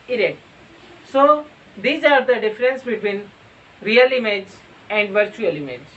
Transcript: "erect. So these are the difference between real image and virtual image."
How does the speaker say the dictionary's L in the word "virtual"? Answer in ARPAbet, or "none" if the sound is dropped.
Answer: L